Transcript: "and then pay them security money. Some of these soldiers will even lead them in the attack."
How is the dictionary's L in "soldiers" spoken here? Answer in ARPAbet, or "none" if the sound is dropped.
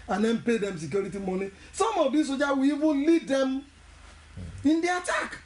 none